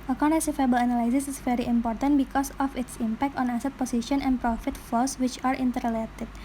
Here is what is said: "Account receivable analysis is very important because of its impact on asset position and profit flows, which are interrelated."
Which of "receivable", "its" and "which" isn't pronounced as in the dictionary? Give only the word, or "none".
receivable